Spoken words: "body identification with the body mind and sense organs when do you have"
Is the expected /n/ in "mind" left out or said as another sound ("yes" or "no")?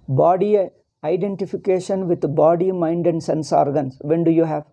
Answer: no